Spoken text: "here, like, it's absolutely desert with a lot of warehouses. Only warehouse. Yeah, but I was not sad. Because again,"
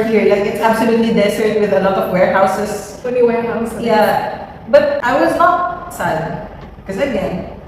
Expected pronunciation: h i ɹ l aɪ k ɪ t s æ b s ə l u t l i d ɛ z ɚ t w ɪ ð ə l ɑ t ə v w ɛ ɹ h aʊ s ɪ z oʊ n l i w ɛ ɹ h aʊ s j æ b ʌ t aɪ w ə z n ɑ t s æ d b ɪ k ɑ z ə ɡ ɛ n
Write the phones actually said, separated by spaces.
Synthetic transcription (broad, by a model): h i ɹ l aɪ k ɪ t s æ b s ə l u t l i d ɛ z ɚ t w ɪ ð ə l ɑ t ə v w ɛ ɹ h aʊ s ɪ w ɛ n i w ɛ ɹ h aʊ s j æ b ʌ t aɪ w ə z n ɑ t s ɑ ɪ k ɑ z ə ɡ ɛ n